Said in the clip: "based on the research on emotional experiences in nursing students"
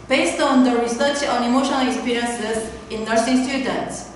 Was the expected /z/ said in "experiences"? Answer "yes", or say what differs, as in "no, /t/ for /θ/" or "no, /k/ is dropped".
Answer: no, /s/ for /z/